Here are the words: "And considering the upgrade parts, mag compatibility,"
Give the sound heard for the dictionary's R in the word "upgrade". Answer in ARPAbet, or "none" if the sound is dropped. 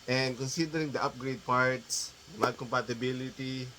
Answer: R